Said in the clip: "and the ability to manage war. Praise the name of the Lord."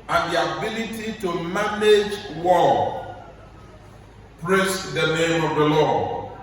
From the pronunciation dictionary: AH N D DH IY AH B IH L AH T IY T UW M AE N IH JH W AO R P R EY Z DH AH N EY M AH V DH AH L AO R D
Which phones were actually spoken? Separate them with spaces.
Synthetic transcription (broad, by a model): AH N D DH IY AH B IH L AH T IY T UW M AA N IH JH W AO L P R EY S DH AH N EY M AH V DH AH L AO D